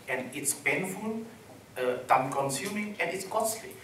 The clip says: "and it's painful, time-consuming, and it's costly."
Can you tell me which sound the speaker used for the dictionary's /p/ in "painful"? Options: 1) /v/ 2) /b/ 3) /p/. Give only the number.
2